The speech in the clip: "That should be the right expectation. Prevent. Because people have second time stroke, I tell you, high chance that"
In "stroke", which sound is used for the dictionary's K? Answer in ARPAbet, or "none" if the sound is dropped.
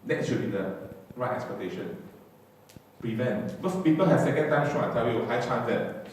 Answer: none